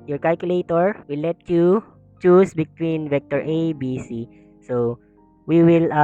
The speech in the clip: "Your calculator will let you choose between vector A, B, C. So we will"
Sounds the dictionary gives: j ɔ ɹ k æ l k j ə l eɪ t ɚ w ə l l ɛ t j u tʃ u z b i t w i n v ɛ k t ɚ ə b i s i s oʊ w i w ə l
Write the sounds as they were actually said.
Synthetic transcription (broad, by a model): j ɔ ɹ k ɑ l k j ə l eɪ t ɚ w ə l l ɛ t j u tʃ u s b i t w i n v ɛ k t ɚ ə b i s i s oʊ w i w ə l